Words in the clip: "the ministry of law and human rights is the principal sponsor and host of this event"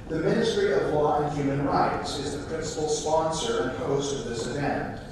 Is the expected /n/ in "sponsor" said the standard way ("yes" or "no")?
yes